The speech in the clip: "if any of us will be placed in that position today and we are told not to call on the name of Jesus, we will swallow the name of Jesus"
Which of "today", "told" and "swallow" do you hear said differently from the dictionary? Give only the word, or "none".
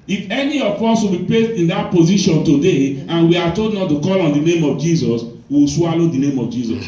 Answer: told